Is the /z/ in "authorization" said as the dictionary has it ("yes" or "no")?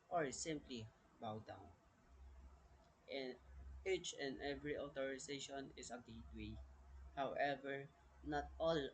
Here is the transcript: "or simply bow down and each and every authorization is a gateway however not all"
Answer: no